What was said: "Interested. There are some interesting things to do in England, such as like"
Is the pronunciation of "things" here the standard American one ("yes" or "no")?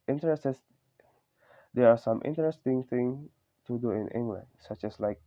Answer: no